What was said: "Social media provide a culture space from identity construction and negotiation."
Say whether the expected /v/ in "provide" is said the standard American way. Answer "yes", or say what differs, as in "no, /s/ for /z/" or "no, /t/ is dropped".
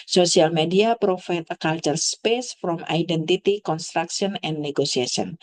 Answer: no, /f/ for /v/